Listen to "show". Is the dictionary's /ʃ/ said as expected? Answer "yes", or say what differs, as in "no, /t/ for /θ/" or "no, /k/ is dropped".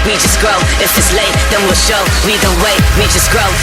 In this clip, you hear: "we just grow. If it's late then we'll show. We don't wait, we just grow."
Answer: yes